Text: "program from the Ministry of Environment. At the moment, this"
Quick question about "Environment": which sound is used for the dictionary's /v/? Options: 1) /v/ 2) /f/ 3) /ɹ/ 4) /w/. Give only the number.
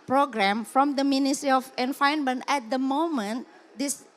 2